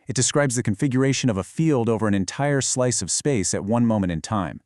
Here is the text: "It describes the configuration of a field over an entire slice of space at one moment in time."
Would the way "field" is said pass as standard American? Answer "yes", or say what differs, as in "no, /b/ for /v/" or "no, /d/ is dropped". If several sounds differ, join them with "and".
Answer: yes